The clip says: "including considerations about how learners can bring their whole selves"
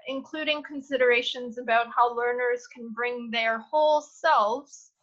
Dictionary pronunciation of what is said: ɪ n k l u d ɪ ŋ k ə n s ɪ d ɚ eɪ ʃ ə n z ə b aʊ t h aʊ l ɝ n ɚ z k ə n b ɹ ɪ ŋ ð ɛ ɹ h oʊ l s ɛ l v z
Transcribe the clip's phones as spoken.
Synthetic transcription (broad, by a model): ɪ n k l u d ɪ ŋ k ə n s ɪ d ɚ eɪ ʃ ə n z ə b aʊ t h aʊ l ɝ n ɚ z k n b ɹ ɪ ŋ ð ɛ ɹ h oʊ l s ɛ l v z